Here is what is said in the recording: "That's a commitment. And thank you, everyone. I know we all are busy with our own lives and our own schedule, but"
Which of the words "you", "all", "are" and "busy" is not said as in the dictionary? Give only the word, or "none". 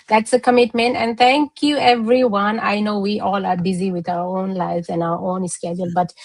none